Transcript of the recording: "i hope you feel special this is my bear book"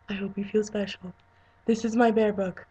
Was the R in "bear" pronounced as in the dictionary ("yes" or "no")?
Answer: yes